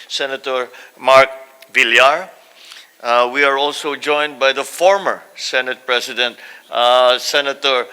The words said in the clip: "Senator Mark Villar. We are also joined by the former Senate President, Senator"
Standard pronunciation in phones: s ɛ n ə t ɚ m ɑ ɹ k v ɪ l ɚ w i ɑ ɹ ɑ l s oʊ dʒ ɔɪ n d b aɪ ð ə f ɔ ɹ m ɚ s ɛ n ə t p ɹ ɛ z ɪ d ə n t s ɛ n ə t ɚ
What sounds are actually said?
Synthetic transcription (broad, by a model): s ɛ n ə t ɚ m ɑ ɹ k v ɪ l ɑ w i ɑ ɹ ɑ l s oʊ dʒ ɔɪ n d b aɪ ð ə f ɔ ɹ m ɚ s ɛ n ə t p ɹ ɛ s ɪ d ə n t s ɛ n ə t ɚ